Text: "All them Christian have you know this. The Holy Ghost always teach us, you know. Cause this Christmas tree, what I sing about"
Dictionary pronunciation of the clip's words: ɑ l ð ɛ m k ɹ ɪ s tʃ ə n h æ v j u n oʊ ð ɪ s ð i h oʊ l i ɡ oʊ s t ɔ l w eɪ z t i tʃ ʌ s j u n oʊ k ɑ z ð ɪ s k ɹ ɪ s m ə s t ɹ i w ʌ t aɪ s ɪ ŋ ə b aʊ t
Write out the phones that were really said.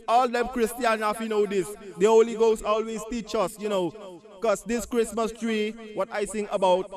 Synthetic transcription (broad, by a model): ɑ l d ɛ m k ɹ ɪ s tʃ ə n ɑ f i n oʊ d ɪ s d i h oʊ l i ɡ oʊ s ɔ l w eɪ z t i tʃ ʌ s j u n oʊ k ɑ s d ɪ s k ɹ ɪ s m ə s t ɹ i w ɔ t aɪ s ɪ ŋ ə b aʊ t